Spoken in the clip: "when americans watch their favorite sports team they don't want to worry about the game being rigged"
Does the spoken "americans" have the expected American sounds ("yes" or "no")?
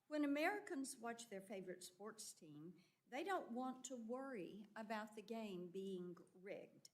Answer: yes